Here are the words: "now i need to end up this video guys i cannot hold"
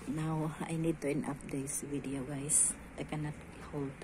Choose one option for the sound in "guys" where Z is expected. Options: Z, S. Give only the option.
S